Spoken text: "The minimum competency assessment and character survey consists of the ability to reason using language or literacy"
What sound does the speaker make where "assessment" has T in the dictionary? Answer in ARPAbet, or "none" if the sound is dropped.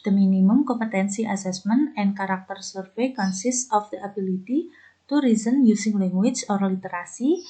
none